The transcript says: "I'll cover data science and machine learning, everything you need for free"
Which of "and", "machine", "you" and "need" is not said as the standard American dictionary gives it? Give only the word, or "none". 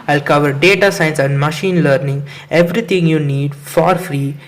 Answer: none